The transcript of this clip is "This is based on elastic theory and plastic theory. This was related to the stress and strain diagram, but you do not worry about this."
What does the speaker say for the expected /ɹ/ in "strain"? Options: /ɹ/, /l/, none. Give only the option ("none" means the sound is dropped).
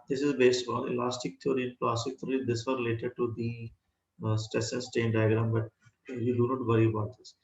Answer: none